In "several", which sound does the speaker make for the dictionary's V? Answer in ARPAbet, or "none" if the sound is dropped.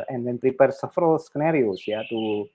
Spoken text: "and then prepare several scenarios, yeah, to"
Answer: F